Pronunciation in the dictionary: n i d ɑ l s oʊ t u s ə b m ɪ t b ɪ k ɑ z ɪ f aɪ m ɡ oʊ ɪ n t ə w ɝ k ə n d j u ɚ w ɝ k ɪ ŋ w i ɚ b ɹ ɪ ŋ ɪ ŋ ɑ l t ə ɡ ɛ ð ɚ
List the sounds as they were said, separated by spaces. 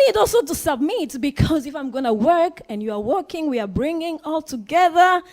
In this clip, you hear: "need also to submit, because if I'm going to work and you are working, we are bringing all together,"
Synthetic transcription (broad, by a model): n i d ɑ l s oʊ t u s ə b m ɪ t b ɪ k ɑ z ɪ f aɪ m ɡ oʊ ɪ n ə w ɝ k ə n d j u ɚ w ɝ k ɪ ŋ w i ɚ b ɹ ɪ ŋ ɪ ŋ ɑ l t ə ɡ ɛ ð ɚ